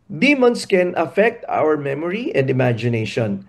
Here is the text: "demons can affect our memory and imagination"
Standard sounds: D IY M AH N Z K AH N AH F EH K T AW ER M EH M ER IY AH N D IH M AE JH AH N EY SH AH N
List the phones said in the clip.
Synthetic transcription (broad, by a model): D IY M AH N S K AH N AH F EH K T AW ER M EH M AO IY AH N D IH M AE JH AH N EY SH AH N